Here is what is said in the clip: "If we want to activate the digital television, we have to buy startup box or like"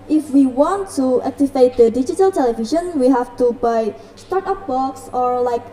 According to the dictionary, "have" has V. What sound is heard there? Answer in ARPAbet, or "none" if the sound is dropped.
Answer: F